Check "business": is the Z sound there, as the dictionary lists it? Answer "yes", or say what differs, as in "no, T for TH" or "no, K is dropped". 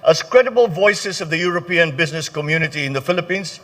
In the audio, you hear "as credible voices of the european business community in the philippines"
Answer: yes